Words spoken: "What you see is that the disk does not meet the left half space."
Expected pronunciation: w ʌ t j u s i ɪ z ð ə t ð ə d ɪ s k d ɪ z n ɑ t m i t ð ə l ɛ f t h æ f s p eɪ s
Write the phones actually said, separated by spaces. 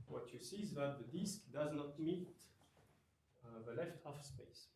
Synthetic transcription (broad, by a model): w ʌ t j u s i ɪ z ð ə t ð ə d ɪ s k d ɪ z n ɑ t m i t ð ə l ɛ f t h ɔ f s p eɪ s